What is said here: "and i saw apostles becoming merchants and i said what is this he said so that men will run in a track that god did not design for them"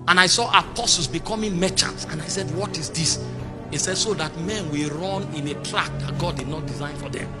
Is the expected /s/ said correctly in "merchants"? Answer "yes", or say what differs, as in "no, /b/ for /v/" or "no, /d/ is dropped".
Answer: no, /s/ is dropped